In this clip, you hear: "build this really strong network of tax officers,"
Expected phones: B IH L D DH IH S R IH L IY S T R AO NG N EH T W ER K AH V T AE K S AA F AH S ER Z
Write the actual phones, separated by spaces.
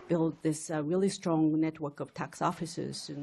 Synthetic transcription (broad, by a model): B IH L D DH IH S R IH L IY S T R AO NG N EH T W ER K AH V T AE K S AA F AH S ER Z